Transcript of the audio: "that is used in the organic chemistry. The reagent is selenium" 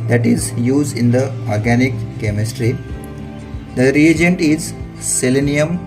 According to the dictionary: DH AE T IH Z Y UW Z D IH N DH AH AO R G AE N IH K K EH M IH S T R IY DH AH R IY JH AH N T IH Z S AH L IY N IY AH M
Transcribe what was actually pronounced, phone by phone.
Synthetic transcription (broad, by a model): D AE T IH Z Y UW Z D IH N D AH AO R G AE N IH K K EH M IH S T R IY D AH R IY JH AH N T IH Z S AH L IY N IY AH M